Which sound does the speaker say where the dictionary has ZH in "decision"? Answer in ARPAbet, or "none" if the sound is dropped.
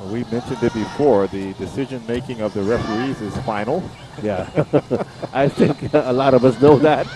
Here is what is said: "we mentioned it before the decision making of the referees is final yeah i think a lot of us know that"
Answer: ZH